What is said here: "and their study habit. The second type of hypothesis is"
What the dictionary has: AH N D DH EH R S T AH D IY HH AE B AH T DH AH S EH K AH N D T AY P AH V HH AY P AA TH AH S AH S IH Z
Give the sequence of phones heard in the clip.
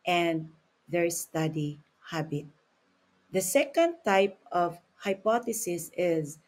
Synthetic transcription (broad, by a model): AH N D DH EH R S T AH D IY HH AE B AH T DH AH S EH K AH N D T AY P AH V HH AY P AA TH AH S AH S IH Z